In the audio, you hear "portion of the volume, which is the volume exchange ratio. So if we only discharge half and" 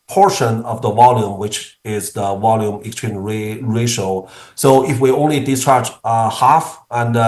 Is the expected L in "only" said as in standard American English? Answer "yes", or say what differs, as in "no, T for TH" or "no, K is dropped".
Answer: yes